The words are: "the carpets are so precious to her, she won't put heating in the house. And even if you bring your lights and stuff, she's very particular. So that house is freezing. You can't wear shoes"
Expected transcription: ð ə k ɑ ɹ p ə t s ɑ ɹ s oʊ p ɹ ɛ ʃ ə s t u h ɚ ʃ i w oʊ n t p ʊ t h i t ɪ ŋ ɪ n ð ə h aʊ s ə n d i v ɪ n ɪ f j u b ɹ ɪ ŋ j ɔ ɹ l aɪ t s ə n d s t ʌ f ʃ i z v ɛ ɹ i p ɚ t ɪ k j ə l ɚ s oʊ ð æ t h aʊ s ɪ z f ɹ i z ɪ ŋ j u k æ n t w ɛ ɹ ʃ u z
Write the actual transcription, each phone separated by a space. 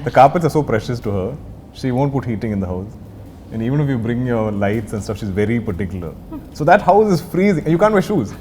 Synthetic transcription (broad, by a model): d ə k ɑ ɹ p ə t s ɑ ɹ s oʊ p ɹ ɛ ʃ ə s t u h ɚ ʃ i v oʊ n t p ʊ t h i t ɪ ŋ ɪ n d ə h aʊ s ə n d i v ɪ n ɪ f j u b ɹ ɪ ŋ j ɔ ɹ l aɪ t s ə n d s t ʌ f ʃ i z v ɛ ɹ i p ɚ t ɪ k j ə l ɚ s oʊ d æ t h aʊ s ɪ z f ɹ i z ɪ ŋ j u k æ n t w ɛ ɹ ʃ u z